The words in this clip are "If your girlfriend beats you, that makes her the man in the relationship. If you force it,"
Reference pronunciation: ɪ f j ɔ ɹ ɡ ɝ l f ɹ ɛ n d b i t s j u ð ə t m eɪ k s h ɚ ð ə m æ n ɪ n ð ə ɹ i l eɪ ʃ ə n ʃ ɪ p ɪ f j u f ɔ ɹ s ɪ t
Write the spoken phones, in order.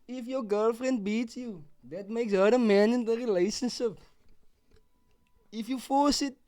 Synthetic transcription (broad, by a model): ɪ f j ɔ ɡ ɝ l f ɹ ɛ n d b i t s j u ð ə t m eɪ k s h ɚ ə m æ n ɪ n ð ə ɹ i l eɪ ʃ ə n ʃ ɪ p ɪ f j u f ɔ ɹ s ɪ t